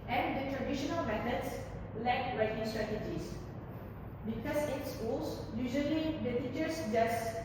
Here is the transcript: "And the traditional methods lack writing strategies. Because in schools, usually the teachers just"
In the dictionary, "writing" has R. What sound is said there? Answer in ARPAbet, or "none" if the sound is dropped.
R